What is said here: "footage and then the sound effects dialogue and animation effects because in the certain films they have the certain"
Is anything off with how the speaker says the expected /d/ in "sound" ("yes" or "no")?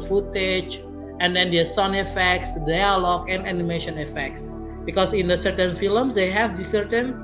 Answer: yes